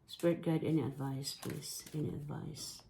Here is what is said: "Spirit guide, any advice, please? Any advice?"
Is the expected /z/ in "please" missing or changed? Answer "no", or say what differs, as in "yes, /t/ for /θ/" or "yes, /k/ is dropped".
yes, /s/ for /z/